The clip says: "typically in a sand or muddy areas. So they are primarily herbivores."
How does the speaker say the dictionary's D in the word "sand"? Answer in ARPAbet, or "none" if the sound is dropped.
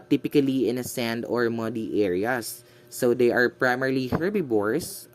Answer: D